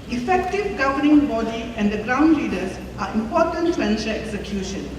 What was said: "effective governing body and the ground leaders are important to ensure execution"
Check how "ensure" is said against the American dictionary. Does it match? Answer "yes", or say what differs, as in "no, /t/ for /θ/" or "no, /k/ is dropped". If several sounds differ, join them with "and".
no, /l/ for /ɹ/